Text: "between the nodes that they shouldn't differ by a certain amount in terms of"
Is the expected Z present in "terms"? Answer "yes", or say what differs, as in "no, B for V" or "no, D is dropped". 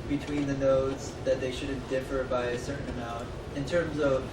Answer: yes